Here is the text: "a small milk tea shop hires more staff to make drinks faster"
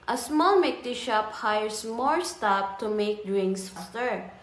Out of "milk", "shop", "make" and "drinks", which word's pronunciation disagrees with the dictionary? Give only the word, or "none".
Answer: milk